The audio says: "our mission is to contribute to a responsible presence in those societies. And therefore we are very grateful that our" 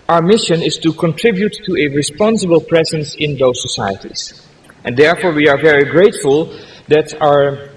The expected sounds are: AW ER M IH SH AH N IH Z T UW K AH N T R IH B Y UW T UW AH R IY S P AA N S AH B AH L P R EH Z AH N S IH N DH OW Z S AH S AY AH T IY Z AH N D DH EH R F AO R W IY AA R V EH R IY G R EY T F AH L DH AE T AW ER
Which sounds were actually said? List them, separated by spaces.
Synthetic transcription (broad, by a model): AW ER M IH SH AH N IH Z T UW K AH N T R IH B Y UW T UW AH R IY S P AA N S AH B AH L P R EH Z AH N S IH N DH OW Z S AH S AY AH T IY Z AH N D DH EH R F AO R W IY AA R V EH R IY G R EY T F AH L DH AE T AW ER